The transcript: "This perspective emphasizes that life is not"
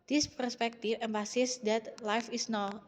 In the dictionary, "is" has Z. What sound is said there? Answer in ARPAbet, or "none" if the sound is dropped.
S